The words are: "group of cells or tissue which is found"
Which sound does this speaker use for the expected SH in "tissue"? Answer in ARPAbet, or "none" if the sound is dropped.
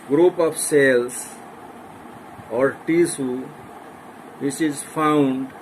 S